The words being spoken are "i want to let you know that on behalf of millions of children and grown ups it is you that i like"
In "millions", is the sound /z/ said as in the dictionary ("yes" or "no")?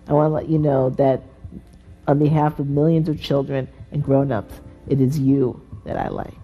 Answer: yes